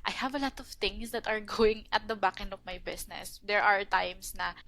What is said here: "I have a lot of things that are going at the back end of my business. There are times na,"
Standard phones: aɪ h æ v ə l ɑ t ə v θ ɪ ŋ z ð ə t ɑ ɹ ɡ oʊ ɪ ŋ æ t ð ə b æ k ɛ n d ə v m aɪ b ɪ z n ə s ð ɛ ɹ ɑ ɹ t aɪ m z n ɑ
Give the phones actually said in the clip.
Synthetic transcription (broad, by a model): aɪ h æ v ə l ɑ t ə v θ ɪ ŋ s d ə t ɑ ɹ ɡ oʊ ɪ ŋ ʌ t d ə b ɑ k ɛ n d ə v m aɪ b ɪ s n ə s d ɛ ɹ ɑ ɹ t aɪ m s n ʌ